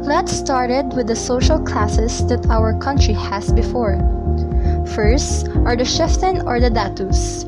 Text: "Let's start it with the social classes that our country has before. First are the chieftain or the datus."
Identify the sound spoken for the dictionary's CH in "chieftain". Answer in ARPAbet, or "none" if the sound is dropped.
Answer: SH